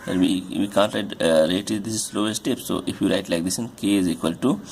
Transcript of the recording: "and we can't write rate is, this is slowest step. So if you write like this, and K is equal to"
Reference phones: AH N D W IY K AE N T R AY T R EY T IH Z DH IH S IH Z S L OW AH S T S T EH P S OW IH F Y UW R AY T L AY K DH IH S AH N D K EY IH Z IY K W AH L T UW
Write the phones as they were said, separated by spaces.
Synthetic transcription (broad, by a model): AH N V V IY K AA N T R AY T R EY IH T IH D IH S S L OW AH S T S T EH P S OW IH F Y UW R AY T L AY K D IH S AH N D K EY IH Z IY K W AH L T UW